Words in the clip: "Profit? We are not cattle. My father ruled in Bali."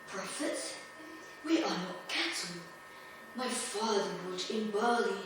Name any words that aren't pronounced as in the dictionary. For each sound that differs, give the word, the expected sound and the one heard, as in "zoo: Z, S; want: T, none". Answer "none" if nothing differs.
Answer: ruled: R, W; ruled: L, none